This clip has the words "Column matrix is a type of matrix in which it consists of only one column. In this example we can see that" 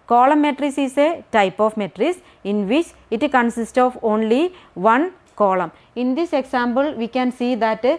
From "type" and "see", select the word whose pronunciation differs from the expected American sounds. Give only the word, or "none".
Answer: none